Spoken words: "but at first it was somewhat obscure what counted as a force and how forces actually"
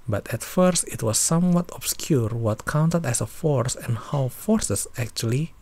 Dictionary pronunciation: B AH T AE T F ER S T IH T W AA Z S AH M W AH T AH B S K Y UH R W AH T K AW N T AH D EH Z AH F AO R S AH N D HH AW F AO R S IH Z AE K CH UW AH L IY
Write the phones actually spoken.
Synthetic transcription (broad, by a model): B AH T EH T F ER S T IH T W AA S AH M W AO T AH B S K Y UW R W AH T K AW N T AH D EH S AH F AO R S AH N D HH AW F AO R S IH S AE K CH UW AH L IY